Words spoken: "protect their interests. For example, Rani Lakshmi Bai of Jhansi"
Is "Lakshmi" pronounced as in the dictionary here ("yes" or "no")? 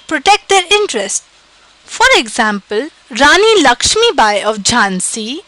yes